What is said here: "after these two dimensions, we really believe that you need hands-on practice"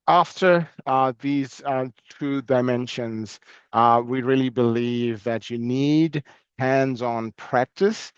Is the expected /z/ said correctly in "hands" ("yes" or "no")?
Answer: yes